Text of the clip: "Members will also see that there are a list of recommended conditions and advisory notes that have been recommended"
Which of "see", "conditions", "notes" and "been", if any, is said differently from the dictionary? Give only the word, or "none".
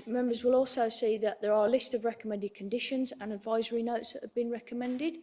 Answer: none